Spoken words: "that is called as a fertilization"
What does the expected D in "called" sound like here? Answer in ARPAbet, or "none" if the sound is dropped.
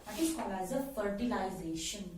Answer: none